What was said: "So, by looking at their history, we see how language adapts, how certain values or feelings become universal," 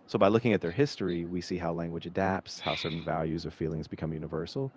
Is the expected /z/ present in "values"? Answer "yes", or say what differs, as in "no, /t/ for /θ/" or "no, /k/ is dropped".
yes